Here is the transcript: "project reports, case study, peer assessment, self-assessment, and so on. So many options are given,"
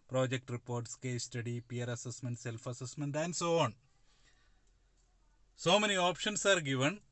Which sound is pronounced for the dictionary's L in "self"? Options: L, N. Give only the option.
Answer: L